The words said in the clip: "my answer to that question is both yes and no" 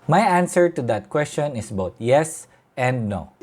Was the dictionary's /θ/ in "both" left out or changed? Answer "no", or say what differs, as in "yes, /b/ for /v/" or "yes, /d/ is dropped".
yes, /t/ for /θ/